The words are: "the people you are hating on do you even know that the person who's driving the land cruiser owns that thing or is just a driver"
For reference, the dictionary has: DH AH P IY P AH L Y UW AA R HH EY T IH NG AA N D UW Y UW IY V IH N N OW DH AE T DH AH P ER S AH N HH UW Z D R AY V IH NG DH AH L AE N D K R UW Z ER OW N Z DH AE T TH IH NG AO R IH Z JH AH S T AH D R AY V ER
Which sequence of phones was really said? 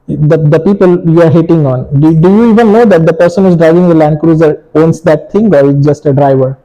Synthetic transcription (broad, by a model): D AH P IY P AH L Y UW AA R HH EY T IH NG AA N D UW Y UW IY V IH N N OW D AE T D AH P ER S AH N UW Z D R AY V IH NG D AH L AE N D K R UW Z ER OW N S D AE T T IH NG AO R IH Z JH AH S T AH D R AY V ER